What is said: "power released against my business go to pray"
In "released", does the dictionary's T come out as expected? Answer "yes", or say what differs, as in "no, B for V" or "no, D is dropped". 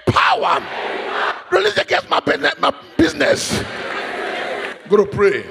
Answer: no, T is dropped